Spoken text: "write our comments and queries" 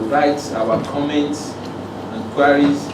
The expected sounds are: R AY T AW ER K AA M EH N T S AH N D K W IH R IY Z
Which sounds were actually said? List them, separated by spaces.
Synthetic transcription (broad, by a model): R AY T AW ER K AA M EH N T S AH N K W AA R IY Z